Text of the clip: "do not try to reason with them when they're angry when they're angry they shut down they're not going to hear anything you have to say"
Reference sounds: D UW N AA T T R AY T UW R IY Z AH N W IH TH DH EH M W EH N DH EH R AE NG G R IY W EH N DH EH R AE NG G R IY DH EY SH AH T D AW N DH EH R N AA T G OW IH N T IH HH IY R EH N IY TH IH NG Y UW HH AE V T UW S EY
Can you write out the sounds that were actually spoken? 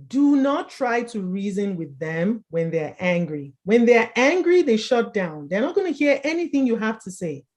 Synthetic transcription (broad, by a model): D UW N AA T T R AY T UW R IY Z AH N W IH DH EH M W EH N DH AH R AE NG G R IY W EH N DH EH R AE NG G R IY DH EY SH AH T D AW N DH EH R N AA T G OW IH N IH HH IY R EH N IY TH IH NG Y UW HH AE F T UW S EY